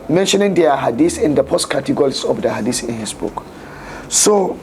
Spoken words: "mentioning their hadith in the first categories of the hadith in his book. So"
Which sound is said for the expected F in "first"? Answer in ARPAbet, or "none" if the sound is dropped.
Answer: P